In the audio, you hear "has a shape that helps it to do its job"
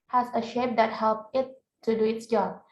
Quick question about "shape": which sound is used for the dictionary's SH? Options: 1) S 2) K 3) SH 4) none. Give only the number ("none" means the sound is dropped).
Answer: 3